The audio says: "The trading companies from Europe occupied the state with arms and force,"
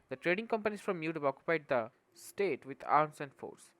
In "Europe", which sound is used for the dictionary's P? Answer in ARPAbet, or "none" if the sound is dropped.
B